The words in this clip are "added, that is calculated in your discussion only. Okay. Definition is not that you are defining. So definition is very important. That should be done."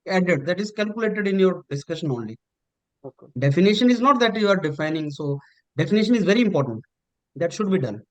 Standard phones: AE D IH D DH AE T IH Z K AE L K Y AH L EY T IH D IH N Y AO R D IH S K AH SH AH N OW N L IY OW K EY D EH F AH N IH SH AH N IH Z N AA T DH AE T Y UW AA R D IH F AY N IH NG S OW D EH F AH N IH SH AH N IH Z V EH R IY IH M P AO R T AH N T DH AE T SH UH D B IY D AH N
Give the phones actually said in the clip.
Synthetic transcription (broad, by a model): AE D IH D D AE T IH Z K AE L K Y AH L EY T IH D IH N Y AO R D IH S K AH SH AH N OW N L IY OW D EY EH F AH N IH SH AH N IH Z N AA T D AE T Y UW AA R D IH F AY N IH NG S OW D EH F AH N IH SH AH N IH Z V EH R IY IH M P AO R T AH N T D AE T SH UH D B IY D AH N